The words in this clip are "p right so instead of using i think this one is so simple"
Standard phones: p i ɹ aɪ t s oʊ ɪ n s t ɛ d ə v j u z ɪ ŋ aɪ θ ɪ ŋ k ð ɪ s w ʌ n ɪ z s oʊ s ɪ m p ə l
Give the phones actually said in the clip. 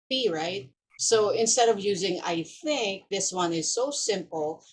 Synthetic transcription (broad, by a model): i ɹ aɪ t s oʊ ɪ n s t ɛ d ə v j u z ɪ ŋ aɪ θ ɪ ŋ k ð ɪ s w ʌ n ɪ z s oʊ s ɪ m p l